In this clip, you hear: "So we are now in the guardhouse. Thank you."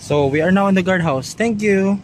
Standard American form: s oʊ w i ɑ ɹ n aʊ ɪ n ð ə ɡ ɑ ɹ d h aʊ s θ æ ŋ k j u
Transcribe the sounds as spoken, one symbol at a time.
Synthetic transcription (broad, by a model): s oʊ w i ɑ ɹ n aʊ ɪ n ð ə ɡ ɑ ɹ d h aʊ s t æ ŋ k j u